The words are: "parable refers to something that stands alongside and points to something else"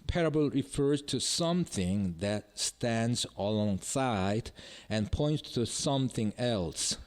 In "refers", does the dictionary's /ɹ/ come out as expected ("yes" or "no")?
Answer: yes